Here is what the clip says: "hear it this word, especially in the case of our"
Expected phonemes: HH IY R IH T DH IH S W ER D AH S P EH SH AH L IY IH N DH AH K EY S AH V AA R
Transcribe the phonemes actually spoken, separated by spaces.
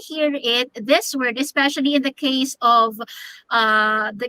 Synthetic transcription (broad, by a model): HH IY R IH T DH IH S W ER D AH S P EH SH AH L IY IH N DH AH K EY S AH V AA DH